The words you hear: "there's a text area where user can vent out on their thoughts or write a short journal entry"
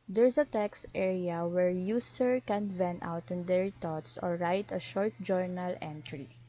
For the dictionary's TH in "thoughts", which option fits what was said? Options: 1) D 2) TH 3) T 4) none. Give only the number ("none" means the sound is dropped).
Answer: 3